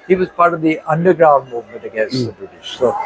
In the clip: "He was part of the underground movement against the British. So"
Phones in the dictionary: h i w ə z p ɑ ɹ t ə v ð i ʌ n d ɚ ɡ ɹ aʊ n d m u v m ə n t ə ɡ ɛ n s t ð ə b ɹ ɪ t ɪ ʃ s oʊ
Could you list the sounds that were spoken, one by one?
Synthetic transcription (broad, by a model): h i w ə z p ɑ ɹ t ə v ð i ʌ n d ɚ ɡ ɹ aʊ n d m u v m ə n t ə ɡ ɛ n s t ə b ɹ ɪ t ɪ ʃ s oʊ